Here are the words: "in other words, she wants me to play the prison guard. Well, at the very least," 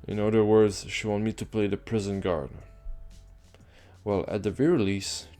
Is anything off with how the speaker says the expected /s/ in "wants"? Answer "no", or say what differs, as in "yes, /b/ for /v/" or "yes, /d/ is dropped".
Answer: yes, /s/ is dropped